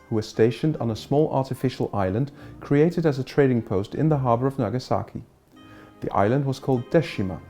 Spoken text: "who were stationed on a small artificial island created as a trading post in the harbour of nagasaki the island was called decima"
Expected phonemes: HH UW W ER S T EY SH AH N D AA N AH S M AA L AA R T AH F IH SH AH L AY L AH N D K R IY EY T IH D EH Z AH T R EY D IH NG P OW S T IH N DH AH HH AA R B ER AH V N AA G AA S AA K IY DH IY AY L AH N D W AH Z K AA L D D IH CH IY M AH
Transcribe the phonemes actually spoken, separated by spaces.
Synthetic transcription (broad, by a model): HH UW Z S T EY SH AH N D N AH S M AA L AA R T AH F IH SH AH L AY L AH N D K R IY EY T IH D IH Z AH T R EY D IH NG P OW S T IH N DH AH HH AA R B ER AH V N AA G AA S AA K IY DH IY AY L AH N D W AH Z K AA L D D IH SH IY M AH